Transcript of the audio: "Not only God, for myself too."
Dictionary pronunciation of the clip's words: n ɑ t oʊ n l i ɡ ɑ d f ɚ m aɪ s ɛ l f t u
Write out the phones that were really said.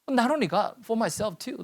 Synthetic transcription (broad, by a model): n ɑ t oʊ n i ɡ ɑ f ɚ m aɪ s ɛ l f t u